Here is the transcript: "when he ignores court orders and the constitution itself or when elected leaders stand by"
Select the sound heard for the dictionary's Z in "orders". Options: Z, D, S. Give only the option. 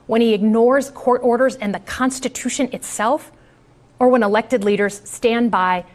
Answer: Z